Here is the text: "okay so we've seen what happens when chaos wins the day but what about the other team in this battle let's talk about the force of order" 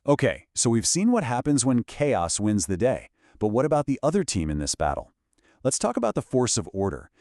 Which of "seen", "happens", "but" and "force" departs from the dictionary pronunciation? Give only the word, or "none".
none